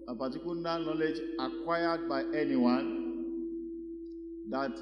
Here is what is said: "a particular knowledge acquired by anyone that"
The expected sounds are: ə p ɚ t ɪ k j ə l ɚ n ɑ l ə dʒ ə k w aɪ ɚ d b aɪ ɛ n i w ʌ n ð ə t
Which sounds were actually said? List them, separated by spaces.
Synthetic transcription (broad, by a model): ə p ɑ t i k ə n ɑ n ɑ l ə dʒ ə k w aɪ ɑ d b aɪ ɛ n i w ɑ n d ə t